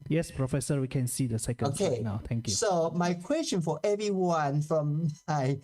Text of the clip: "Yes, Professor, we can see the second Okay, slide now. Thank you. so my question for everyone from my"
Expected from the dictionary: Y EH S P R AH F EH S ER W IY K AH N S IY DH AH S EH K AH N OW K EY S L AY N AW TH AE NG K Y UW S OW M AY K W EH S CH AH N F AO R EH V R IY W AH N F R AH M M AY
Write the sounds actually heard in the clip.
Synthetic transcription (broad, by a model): Y EH S P R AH F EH S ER W IY K AH N S IY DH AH S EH K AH OW K EY N AW T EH NG K Y UW S OW M AY K W EH S CH AH N F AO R EH V R IY W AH N F R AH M M AY